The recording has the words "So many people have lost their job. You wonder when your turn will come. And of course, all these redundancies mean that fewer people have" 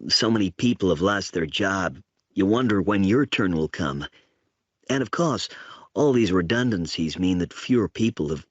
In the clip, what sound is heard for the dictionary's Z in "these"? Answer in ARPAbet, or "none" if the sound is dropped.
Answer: Z